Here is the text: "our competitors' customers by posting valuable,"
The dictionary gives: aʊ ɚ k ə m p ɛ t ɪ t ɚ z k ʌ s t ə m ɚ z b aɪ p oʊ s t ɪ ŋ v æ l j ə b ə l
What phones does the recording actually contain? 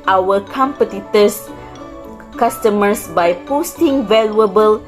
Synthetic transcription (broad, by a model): aʊ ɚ k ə m p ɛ t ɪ t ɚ s k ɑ s t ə m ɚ s b aɪ p oʊ s t ɪ ŋ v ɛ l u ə b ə l